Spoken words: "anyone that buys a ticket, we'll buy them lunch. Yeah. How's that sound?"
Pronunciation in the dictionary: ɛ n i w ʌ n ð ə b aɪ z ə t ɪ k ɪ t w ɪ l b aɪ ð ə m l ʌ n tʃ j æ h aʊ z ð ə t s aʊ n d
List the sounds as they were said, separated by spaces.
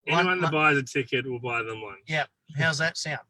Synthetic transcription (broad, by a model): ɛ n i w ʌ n ð ə b aɪ z ə t ɪ k ɪ t w ɪ l b aɪ ð ə m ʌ n j æ h aʊ z ð ə t s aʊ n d